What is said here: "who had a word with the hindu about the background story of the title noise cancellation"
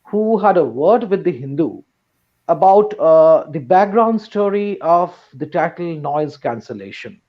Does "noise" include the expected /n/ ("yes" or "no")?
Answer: yes